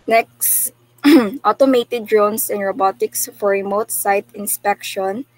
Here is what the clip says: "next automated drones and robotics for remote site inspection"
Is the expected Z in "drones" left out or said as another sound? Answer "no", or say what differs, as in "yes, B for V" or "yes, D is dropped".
yes, S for Z